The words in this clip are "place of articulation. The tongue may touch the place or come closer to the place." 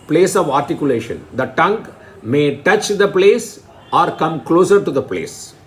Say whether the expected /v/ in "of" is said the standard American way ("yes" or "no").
yes